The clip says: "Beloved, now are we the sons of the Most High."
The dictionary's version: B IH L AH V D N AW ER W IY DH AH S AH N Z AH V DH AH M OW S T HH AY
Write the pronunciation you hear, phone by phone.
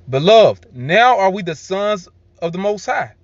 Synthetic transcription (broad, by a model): B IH L AH V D N AW ER W IY DH AH S AH N Z AH V DH AH M OW S T HH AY